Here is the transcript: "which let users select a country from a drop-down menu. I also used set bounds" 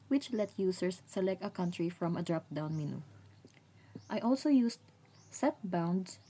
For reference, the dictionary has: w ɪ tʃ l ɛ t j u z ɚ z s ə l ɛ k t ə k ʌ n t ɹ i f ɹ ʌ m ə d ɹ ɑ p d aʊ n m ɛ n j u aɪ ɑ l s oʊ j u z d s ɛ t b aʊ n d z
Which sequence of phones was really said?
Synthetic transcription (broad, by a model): w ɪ tʃ l ɛ t j u s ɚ s ə l ɛ k t ə k ʌ n t ɹ i f ɹ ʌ m ə d ɹ ɑ p d aʊ n m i n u aɪ ɑ l s oʊ j u s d s ɛ t b aʊ n d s